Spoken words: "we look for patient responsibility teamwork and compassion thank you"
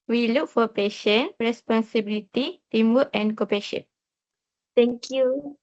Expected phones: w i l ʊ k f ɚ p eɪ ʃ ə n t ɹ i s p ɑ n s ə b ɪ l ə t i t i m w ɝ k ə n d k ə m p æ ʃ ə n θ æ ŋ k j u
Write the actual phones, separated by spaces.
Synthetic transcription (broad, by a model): w i l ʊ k f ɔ p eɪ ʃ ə n ɹ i s p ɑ n s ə b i l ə t i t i m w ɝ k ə n k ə p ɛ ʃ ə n t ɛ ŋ k j u